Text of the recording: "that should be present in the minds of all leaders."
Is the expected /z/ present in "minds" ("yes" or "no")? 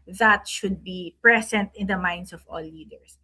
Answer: no